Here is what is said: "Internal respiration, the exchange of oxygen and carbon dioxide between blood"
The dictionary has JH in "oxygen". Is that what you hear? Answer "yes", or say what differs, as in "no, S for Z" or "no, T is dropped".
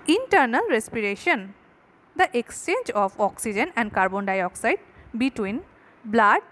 yes